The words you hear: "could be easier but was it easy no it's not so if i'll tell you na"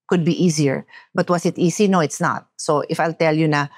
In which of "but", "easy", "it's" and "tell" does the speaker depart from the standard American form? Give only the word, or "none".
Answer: easy